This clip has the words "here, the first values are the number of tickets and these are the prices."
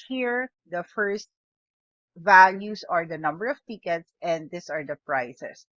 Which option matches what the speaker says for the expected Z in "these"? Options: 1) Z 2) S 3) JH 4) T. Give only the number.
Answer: 2